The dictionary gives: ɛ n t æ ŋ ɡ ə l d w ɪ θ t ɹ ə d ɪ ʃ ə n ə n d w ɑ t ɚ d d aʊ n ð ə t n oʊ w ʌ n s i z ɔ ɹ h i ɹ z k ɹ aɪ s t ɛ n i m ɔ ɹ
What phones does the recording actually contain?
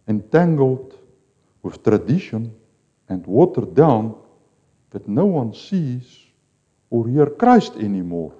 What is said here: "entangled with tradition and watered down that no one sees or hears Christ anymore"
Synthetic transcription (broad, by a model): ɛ n t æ ŋ ɡ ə l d w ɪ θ t ɹ ə d ɪ ʃ ə n ə n d w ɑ t ɚ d d aʊ n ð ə t n oʊ w ʌ n s i z ɔ ɹ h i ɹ k ɹ aɪ s t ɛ n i m ɔ ɹ